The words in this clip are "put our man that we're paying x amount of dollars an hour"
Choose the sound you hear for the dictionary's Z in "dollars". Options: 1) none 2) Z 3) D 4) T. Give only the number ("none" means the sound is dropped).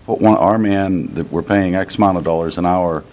2